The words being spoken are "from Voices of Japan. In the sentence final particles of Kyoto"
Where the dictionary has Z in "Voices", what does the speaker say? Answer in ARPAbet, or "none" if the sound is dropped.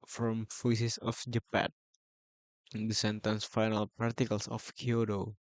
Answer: S